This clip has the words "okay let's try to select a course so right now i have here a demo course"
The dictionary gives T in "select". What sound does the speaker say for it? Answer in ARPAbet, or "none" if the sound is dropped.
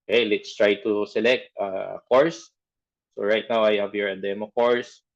T